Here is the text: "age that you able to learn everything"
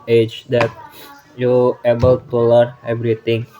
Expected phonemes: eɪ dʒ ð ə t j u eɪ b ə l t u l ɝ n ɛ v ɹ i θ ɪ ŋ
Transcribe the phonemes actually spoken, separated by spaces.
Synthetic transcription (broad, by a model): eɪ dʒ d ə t j u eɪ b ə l t u l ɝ ɛ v ɹ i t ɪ ŋ